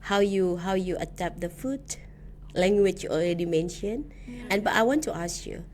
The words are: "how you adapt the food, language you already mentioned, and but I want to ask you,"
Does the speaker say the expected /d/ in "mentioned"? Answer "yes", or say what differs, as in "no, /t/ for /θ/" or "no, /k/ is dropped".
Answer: no, /d/ is dropped